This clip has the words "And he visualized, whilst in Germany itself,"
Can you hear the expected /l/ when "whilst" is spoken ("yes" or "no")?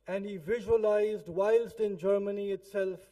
yes